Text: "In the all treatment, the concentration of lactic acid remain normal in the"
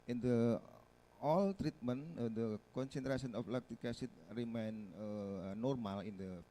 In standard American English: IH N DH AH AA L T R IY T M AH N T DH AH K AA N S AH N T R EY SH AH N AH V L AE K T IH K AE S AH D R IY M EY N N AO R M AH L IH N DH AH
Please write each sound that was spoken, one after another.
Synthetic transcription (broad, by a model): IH N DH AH AA L T R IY T M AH N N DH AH K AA N S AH N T R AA S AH N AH F L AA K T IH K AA S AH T R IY M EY N N AO R M AH L IH N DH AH